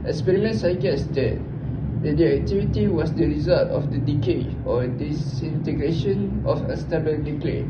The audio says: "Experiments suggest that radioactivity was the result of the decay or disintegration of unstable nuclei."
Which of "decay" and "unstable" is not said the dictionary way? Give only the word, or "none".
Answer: unstable